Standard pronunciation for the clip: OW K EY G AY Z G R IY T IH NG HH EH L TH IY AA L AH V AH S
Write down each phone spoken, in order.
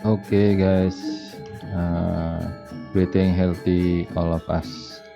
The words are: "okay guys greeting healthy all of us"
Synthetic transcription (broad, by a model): OW K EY G AY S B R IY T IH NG HH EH L T IY AA L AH F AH S